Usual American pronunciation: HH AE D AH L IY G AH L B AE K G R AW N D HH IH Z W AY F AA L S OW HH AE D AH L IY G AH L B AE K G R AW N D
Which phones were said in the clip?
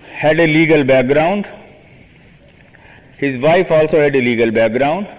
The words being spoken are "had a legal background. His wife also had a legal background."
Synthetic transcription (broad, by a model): HH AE D AH L IY G AH L B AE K G R AW N D HH IH Z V AY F AA L S OW HH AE D AH L IY G AH L B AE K G R AW N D